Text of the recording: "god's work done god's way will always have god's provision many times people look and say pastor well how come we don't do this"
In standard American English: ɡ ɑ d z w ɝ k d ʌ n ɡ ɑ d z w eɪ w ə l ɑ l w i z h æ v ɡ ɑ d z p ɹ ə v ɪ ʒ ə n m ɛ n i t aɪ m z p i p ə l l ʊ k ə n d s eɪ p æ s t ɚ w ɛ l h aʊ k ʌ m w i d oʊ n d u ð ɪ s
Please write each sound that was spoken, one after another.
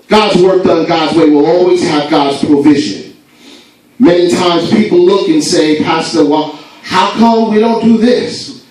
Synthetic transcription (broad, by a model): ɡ ɑ d z w ɝ k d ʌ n ɡ ɑ d z w eɪ w ə l ɑ l w i z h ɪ v ɡ ɑ d z p ɹ ə v ɪ ʒ ə n m ɛ n i t aɪ m z p i p l l ʊ k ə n s eɪ p æ s t ɚ w ɛ l h aʊ k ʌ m w i d oʊ n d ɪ ð ɪ s